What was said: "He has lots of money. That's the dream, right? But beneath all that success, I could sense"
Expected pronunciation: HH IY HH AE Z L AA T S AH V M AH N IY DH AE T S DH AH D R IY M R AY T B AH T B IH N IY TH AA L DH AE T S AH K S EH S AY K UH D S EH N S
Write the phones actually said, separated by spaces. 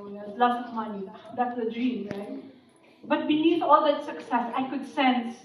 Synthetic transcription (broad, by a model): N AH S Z L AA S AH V M AH N IY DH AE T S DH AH D R IY M R AY T B AH T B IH N IY T AA L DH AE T S AH K S EH S AY K UH D S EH N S